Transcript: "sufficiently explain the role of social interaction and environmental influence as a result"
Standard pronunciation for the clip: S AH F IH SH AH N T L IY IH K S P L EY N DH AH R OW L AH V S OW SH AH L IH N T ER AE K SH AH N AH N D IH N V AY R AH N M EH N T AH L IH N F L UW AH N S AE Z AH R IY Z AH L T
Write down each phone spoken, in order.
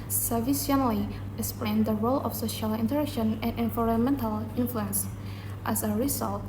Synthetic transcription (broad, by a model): S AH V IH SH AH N L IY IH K S P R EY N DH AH R OW L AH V S OW SH AH L IH N T ER AE K SH AH N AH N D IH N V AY R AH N M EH N T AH L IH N F L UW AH N S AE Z AH R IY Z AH L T